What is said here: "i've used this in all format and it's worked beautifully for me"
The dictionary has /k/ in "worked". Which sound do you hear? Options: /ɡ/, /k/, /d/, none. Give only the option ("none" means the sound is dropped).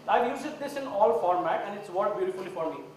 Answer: none